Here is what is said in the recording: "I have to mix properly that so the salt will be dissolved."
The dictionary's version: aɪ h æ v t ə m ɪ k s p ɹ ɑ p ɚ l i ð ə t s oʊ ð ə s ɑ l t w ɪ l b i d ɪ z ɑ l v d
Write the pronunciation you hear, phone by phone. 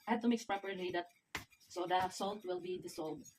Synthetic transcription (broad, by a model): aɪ h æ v t ə m ɪ k s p ɹ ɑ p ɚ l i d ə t s oʊ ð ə s ɑ l t w ɪ l b i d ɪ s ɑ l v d